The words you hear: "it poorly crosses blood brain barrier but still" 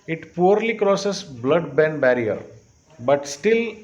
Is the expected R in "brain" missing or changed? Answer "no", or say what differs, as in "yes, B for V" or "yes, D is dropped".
yes, R is dropped